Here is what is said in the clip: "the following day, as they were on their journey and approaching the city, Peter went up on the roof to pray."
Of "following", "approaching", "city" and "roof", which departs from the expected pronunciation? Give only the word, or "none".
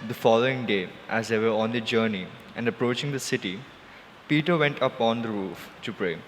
none